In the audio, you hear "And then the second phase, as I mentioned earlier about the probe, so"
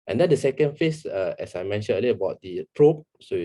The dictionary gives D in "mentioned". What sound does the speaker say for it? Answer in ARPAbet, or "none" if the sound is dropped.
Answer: none